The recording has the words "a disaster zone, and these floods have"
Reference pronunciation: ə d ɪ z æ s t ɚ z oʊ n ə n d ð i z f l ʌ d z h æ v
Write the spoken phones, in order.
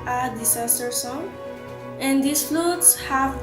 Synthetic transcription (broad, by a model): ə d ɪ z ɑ s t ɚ s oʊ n ə n d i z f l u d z h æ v